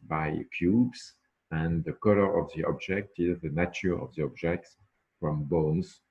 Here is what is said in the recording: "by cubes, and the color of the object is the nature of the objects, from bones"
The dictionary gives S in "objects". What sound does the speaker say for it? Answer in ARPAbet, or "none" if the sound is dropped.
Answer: S